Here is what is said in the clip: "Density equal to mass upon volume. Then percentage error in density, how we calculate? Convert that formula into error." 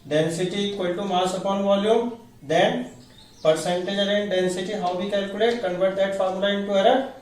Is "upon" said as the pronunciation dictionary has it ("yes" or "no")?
yes